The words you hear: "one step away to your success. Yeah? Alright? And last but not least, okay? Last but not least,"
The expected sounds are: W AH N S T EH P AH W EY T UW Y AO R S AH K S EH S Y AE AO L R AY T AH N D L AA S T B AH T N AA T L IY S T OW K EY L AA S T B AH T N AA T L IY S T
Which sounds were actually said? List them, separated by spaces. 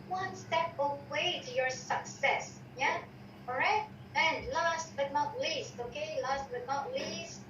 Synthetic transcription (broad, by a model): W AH N S T EH P AH W EY T UW Y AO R S AH K S EH S Y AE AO R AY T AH N L AA S T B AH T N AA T L IY S T OW K EY L AA S T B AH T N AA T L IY S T